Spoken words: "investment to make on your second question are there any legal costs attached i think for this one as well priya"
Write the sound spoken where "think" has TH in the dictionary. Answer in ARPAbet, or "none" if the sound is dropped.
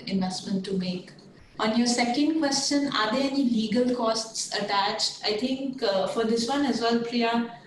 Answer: T